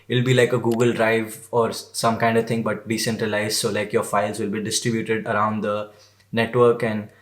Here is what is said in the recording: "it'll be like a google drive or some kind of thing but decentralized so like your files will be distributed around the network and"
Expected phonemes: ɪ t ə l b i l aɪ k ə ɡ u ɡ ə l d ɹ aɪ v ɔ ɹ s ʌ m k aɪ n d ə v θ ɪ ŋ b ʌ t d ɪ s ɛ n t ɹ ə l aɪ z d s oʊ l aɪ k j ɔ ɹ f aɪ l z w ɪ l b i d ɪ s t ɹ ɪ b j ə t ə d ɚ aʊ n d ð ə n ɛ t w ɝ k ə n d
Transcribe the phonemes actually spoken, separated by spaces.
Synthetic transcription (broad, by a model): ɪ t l b i l aɪ k ə ɡ u ɡ ə l d ɹ aɪ v ɔ ɹ s ʌ m k aɪ n d ə v t ɪ ŋ b ʌ t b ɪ s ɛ n t ɹ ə l aɪ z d s oʊ l aɪ k j ɔ ɹ f aɪ l z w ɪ l b i d ɪ s t ɹ ɪ b j ə t ə d ɚ aʊ n d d ə n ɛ t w ɝ k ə n d